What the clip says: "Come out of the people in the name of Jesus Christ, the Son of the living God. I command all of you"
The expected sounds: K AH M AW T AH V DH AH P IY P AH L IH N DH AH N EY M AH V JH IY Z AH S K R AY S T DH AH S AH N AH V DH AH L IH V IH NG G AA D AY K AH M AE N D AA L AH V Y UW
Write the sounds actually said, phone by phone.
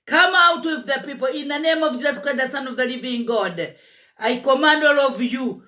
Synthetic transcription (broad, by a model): K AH M AW T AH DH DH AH P IY P AH L IH N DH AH N EY M AH V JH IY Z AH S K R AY T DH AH S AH N AH V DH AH L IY V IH NG G AA D AY K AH M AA N D AA L AH V Y UW